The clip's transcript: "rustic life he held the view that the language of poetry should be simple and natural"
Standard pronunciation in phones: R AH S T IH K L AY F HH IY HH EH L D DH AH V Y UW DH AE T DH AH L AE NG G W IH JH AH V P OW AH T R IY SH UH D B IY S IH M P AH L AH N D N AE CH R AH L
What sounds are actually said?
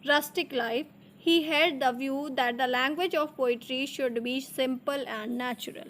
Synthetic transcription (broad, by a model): R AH S T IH K L AY F HH IY HH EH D D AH V Y UW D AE T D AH L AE NG G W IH JH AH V P OW AH T R IY SH UH D B IY S IH M P AH L AH N D N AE CH R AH L